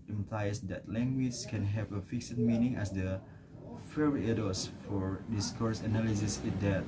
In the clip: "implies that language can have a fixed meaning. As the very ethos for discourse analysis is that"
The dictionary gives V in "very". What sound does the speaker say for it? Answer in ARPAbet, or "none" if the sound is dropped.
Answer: F